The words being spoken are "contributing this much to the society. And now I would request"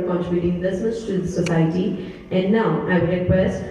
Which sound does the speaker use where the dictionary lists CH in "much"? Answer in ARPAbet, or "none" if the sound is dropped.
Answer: S